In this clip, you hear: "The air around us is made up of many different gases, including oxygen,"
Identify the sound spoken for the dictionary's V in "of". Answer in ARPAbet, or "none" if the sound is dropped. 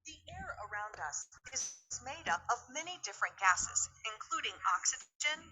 V